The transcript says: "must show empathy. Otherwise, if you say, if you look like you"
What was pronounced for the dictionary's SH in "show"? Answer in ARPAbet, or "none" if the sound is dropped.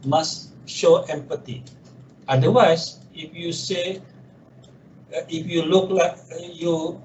SH